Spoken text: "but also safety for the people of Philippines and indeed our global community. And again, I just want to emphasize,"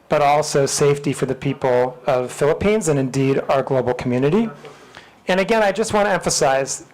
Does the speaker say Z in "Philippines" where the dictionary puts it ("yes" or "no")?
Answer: yes